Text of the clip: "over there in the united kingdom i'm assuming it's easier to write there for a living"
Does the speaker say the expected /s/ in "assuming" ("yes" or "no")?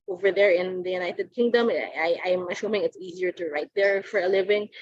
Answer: no